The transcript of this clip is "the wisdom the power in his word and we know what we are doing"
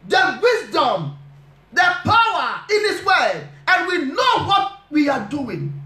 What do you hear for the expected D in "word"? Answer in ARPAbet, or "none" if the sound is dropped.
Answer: none